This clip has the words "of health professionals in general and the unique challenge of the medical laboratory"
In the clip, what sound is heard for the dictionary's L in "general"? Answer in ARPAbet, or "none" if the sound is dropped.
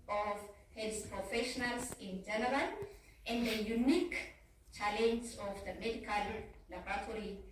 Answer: N